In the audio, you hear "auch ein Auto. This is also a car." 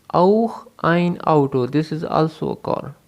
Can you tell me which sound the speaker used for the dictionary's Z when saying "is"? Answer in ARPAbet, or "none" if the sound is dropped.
Z